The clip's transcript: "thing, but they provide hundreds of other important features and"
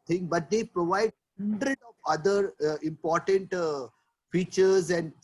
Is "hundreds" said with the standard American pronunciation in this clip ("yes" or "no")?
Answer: no